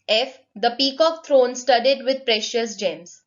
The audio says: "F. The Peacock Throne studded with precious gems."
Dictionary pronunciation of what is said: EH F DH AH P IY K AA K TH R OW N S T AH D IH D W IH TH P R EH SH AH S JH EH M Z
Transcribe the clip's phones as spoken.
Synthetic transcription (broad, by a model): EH F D AH P IY K AA K T R OW N S T AH D IH D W IH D P R EH SH AH S JH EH M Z